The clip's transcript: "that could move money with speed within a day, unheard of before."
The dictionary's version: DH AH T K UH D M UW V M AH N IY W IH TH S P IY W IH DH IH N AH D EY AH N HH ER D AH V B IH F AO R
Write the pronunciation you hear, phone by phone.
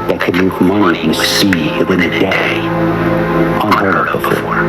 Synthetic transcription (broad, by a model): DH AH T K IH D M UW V M AH N IY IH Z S IY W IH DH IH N AH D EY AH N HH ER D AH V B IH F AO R